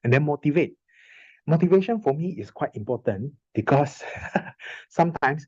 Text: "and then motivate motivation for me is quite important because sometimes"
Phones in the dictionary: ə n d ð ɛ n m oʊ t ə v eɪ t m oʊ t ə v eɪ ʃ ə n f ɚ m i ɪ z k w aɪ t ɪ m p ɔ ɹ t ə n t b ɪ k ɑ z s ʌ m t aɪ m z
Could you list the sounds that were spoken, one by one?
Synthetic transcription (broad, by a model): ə n d ɛ n m oʊ t ə v eɪ t m oʊ t ə v eɪ ʃ ə n f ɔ m i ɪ s k w aɪ t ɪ m p ɔ t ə n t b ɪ k ɑ s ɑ m t aɪ m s